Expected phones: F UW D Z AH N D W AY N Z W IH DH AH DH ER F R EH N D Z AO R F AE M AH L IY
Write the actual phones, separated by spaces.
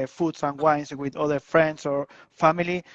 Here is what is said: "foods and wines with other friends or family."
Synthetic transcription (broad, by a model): F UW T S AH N W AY N S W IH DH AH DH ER F R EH N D S AO R F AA M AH L IY